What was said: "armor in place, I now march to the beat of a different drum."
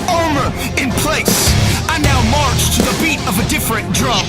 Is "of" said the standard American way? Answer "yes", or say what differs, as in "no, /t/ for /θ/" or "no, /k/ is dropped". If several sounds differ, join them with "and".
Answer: yes